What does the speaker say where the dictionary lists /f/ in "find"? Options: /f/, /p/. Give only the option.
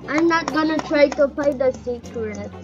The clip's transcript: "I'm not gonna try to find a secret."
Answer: /p/